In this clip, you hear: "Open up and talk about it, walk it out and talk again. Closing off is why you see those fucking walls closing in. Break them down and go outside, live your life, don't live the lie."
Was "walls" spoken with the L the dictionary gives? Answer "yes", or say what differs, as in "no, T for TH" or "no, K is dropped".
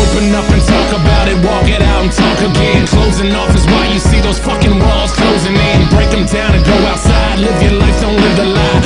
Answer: yes